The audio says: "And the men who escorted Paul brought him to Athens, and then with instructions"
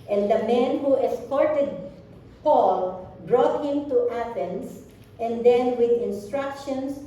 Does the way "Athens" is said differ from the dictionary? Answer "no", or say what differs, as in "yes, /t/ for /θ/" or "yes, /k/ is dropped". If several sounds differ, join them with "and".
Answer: yes, /s/ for /z/